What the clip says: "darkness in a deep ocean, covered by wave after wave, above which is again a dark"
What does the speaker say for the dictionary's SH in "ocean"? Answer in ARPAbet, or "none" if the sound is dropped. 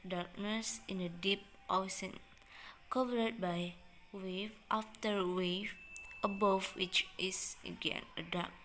S